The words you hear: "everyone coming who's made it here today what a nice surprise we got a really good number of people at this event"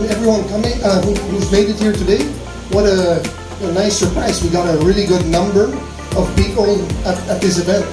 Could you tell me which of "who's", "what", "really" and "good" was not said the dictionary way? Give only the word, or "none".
none